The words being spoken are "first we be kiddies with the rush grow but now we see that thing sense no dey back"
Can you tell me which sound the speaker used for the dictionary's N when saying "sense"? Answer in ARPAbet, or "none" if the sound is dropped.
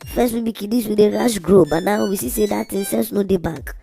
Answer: L